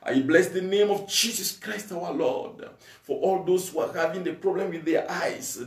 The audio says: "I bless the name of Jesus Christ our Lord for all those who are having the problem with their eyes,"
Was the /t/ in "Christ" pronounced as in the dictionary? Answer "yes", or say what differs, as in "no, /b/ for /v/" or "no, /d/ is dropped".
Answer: yes